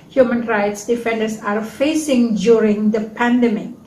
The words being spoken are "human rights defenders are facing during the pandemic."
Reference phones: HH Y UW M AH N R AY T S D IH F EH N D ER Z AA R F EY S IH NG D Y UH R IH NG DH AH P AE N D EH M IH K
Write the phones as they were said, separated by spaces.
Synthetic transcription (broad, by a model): HH Y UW M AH N R AY T S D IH F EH N D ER S AA R F EY S IH NG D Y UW R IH NG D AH P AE N D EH M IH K